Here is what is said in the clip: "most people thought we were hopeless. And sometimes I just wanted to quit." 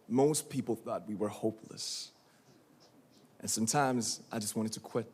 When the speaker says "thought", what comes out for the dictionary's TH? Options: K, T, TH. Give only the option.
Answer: TH